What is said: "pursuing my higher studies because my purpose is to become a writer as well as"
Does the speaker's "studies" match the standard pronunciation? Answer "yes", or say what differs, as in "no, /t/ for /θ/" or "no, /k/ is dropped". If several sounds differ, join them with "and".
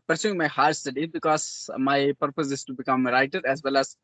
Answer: no, /z/ is dropped